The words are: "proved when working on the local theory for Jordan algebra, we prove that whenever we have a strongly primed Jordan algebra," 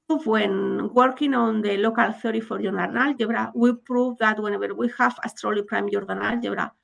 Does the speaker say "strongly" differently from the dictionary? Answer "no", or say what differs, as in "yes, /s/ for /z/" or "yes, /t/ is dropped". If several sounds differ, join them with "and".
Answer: yes, /ŋ/ is dropped